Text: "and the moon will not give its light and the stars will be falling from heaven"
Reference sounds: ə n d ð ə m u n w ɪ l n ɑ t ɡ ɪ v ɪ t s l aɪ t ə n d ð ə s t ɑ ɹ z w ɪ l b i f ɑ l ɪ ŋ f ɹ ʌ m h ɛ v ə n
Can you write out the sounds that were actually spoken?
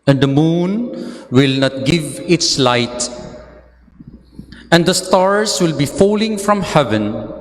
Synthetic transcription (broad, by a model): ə n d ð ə m u n w ɪ l n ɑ t ɡ ɪ v ɪ t s l aɪ t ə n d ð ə s t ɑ ɹ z w ɪ l b i f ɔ l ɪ ŋ f ɹ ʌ m h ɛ v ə n